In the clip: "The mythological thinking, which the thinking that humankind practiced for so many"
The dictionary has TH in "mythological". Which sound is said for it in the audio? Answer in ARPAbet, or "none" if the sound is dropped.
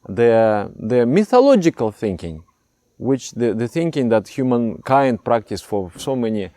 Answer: TH